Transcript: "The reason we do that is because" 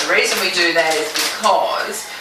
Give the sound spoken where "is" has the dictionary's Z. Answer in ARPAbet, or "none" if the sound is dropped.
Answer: Z